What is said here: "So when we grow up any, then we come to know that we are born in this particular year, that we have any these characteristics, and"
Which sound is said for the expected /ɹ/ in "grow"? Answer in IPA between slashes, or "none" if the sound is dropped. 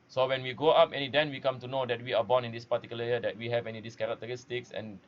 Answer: none